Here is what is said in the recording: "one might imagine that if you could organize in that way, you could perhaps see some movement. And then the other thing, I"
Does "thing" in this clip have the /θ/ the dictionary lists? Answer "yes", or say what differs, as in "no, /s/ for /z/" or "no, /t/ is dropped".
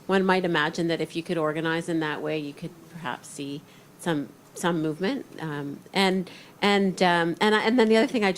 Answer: yes